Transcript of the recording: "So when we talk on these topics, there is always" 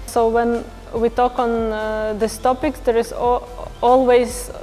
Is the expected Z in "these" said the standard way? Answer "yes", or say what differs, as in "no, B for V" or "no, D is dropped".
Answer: no, S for Z